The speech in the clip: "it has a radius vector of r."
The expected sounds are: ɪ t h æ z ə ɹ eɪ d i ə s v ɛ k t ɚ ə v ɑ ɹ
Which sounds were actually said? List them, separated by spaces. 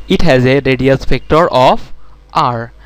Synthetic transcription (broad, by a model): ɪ t h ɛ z ə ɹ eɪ d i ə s p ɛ k t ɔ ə p ɑ ɹ